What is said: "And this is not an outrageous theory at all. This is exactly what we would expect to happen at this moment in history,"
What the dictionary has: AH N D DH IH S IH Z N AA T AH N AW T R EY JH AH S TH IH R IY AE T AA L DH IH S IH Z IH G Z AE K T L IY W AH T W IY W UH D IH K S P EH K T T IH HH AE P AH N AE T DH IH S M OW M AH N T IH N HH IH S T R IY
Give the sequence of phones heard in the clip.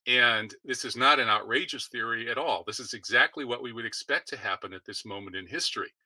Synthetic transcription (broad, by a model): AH N DH IH S IH Z N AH T AH N AW T R EY JH AH S TH IH R IY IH T AA L DH IH S IH Z IH G Z AE K T L IY W AH T W IY W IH D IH K S P EH K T T IH HH AE P AH N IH T DH IH S M OW M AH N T IH N HH IH S T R IY